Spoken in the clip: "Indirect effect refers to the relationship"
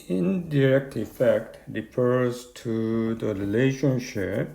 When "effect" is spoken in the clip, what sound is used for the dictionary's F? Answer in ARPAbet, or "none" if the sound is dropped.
F